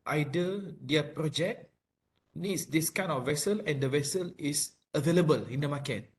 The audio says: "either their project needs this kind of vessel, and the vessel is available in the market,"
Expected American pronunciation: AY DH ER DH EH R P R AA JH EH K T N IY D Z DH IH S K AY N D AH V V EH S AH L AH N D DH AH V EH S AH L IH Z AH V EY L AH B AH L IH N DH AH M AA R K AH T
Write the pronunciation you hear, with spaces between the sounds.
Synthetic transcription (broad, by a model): AY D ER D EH P R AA JH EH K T N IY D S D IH S K AY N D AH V V EH S AH L AH N D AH V EH S AH L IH S AH V EY L AH B AH L IH N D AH M AA K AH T